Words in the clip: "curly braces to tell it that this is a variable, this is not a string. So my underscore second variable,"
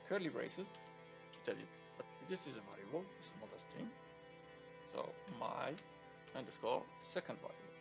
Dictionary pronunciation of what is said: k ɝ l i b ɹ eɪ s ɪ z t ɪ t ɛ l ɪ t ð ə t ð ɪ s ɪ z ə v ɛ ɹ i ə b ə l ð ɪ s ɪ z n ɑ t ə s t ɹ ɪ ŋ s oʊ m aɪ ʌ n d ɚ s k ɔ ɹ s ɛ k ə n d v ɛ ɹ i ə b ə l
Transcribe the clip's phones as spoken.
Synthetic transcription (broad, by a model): k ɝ l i ɹ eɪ s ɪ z t ɪ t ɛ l ɪ t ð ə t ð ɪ s ɪ z ə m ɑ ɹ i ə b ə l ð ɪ s ɪ z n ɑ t ə s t ɪ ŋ s oʊ m aɪ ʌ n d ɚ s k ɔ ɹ s ɛ k ə n d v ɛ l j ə